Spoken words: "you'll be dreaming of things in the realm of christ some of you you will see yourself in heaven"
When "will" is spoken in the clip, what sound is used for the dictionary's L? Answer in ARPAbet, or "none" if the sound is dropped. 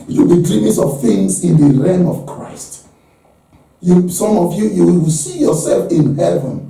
W